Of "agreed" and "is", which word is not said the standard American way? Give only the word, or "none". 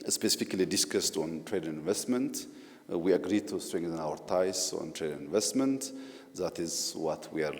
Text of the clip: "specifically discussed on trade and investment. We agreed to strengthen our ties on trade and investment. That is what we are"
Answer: none